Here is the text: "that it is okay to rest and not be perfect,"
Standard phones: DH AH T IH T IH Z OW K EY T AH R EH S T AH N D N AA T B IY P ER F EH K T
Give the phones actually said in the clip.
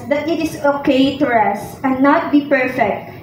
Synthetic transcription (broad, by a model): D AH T IH T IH S OW K EY T AH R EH S AH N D N AA T B IY P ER F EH K T